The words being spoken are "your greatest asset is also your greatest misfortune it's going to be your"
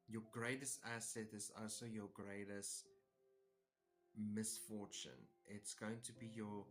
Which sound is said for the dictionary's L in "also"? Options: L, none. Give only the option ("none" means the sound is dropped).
L